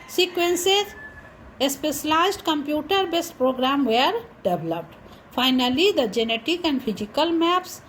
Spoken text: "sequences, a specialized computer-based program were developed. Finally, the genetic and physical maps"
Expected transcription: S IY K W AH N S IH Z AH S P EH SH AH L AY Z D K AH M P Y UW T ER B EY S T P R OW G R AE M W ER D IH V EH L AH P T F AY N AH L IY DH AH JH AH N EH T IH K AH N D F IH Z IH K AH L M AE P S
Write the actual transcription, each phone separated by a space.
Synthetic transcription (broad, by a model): S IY K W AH N S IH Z AH S P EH S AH L AY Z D K AH M P Y UW T ER B EY S T P R OW G R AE M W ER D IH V L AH P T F AY N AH L IY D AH JH AH N EH T IH K AH N D P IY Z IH K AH L M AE P S